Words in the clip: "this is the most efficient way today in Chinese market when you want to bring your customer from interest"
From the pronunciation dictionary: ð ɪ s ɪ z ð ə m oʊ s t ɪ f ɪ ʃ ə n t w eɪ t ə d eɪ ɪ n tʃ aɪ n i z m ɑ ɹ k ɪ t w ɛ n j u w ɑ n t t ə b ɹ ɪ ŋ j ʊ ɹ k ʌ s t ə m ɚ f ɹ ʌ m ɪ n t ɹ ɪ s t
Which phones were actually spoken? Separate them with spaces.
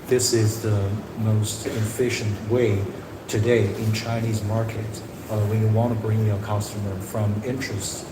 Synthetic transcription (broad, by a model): ð ɪ s ɪ z ð ə m oʊ s t ɪ f ɪ ʃ ə n t w eɪ t ə d eɪ ɪ n tʃ aɪ n i z m ɑ ɹ k ɪ t w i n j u w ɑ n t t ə b ɹ ɪ ŋ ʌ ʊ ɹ k ʌ s t ə m ɚ f ɹ ʌ m ɪ n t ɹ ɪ s t